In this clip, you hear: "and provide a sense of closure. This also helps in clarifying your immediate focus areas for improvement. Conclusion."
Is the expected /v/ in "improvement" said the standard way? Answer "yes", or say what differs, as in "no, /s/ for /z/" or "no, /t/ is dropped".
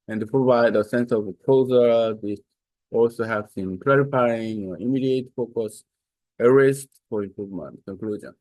yes